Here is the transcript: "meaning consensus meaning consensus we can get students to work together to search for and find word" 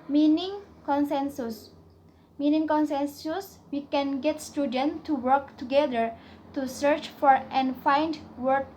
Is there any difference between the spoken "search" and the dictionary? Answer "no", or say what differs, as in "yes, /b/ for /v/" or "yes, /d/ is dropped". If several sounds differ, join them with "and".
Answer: no